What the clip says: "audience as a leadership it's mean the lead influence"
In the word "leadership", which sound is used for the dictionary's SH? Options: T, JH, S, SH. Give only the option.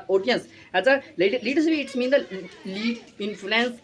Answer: S